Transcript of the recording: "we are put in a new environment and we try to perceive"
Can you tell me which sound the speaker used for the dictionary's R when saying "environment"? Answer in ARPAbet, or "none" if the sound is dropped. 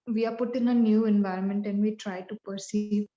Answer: R